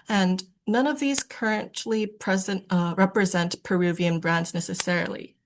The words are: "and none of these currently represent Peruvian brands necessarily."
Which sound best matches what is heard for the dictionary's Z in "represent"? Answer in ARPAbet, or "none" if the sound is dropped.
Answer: Z